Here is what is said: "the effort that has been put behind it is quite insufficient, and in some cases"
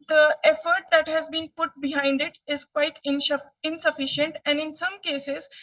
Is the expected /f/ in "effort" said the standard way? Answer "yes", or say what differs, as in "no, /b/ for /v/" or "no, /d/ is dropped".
yes